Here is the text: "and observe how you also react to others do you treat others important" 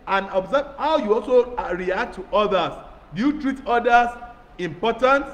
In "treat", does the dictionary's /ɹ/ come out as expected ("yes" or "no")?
yes